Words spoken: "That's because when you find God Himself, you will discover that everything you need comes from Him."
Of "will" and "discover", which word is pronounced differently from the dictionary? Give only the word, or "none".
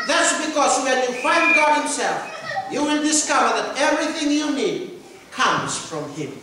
will